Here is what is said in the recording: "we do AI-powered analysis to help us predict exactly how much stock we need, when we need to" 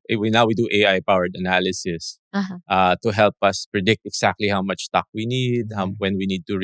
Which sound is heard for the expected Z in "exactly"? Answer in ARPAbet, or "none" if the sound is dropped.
S